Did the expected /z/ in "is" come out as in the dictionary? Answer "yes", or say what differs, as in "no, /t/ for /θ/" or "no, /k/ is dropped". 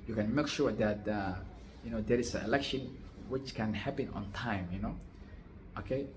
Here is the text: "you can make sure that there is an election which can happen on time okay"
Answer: no, /s/ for /z/